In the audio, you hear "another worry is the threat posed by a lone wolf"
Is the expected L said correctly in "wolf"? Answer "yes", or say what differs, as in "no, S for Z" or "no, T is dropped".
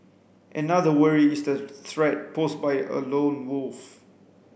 yes